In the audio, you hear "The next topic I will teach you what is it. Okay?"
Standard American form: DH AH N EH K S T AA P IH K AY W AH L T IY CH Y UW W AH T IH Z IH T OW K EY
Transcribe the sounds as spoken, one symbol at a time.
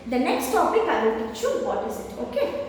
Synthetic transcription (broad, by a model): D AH N EH K S T AA P IH K AY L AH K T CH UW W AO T IH Z IH T OW K EY